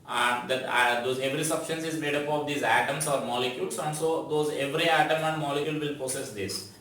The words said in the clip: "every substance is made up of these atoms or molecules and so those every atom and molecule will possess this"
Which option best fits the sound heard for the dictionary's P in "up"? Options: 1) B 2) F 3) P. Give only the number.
3